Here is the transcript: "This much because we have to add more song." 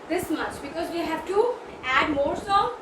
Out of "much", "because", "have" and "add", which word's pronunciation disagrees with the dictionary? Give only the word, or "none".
none